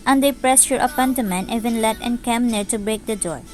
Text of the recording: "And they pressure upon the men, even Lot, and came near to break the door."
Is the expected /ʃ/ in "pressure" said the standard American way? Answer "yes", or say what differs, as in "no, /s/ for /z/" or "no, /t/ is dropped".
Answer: no, /s/ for /ʃ/